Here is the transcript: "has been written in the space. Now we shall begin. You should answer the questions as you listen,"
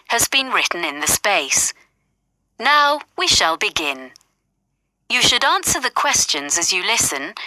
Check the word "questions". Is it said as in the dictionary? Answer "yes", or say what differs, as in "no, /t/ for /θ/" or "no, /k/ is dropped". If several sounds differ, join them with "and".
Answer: yes